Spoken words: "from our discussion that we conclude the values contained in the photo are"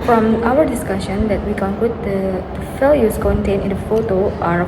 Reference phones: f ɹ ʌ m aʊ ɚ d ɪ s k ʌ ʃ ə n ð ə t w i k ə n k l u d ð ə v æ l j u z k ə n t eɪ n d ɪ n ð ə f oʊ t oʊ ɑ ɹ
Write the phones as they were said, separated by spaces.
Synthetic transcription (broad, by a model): f ɹ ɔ m aʊ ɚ d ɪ s k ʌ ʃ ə n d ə t w i k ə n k l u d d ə f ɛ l j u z k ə n t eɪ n ɪ n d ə f oʊ t oʊ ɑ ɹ